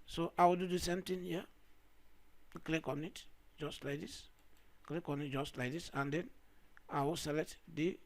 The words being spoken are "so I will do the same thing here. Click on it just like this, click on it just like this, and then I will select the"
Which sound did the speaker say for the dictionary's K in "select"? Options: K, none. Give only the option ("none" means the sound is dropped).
none